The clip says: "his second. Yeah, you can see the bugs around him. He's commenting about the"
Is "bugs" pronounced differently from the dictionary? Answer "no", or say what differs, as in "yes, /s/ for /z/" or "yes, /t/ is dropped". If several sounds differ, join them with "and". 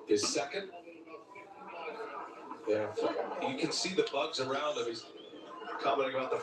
no